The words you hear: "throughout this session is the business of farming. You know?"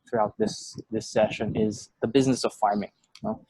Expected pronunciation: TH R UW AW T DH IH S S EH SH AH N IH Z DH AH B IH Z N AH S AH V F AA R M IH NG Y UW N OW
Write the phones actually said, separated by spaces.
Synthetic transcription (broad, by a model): TH R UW AW T DH IH S S EH SH AH N IH Z DH AH B IH Z N AH S AH V F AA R M IH NG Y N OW